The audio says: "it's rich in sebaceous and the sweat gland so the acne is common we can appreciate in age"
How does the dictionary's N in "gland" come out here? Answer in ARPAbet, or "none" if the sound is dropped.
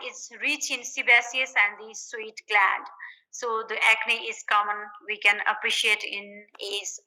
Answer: none